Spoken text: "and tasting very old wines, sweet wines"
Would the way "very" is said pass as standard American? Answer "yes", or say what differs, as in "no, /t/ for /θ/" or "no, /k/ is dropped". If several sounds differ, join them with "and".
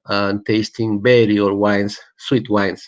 no, /b/ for /v/